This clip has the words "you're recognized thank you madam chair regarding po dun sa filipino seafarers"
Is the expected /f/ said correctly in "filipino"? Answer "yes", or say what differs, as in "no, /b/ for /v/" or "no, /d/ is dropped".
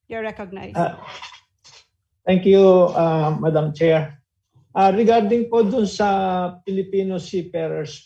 no, /p/ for /f/